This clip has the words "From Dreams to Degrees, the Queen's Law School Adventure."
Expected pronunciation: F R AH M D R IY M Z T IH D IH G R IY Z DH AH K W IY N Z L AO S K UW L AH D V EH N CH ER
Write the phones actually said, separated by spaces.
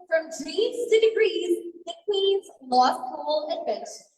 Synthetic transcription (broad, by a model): F R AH M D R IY Z T IH D IH G R IY Z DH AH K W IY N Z L AO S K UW L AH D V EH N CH